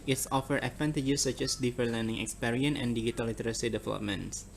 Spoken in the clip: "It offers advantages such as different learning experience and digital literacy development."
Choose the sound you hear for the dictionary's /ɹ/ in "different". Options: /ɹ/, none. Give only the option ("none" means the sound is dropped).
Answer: none